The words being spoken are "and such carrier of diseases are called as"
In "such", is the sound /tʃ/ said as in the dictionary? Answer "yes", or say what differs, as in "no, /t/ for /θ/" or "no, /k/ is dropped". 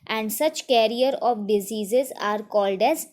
yes